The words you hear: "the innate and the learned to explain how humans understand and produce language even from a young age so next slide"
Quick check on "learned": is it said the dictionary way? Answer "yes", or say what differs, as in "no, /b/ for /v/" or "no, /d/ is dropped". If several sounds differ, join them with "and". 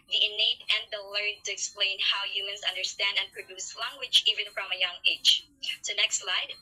no, /n/ is dropped